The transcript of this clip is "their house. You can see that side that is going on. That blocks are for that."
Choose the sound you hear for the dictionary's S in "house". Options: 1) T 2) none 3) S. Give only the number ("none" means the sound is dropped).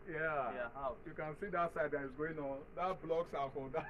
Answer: 2